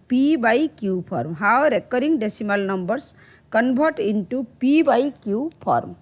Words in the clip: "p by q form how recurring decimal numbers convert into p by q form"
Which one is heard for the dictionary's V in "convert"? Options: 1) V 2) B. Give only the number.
2